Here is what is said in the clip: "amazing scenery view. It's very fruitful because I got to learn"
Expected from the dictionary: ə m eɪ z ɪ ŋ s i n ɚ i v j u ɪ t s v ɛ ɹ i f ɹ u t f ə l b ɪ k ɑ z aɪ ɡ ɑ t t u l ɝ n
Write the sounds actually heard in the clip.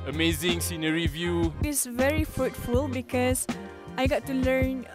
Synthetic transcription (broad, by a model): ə m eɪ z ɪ ŋ s i n ɚ i v j u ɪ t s v ɛ ɹ i f ɹ u t f ə l b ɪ k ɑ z aɪ ɡ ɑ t t u l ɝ n